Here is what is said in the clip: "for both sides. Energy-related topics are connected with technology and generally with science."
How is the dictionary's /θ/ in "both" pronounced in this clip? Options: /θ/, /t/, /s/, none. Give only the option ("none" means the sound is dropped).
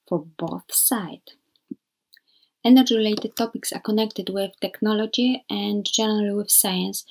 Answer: /θ/